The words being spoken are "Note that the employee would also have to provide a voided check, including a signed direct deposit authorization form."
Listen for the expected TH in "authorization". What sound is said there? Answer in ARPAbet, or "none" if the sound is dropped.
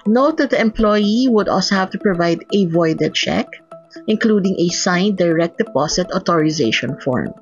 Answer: T